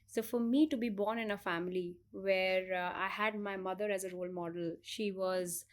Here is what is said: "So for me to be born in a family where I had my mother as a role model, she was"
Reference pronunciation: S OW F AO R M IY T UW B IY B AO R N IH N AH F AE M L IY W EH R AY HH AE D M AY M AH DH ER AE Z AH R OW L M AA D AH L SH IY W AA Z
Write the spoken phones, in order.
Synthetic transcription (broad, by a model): S OW F AO R M IY T UW B IY B AO R N IH N AH F AE M L IY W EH R AY HH AE D M AY M AH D ER AE Z AH R OW L M AA D AH L SH IY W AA Z